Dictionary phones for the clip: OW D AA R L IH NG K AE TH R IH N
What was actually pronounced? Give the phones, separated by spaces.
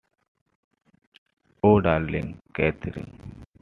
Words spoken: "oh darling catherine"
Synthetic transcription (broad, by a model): OW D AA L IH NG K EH T R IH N